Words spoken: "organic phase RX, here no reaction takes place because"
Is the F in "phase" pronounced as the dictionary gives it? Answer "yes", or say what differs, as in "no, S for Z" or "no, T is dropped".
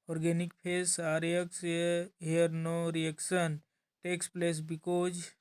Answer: no, P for F